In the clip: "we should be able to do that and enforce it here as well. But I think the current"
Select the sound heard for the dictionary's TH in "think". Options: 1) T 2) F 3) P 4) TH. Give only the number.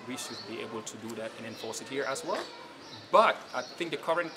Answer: 4